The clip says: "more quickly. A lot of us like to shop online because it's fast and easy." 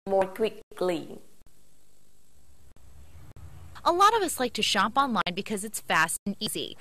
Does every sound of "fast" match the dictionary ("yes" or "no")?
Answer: yes